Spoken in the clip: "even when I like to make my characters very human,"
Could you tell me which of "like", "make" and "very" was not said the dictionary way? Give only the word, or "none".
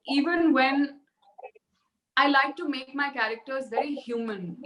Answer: none